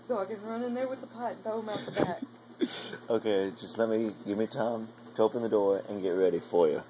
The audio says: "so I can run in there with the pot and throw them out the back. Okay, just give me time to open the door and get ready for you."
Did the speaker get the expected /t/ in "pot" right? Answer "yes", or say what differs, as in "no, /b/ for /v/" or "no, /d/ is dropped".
no, /t/ is dropped